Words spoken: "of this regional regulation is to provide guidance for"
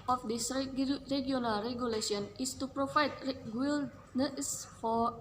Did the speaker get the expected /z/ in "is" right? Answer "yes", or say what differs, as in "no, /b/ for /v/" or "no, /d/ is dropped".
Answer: no, /s/ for /z/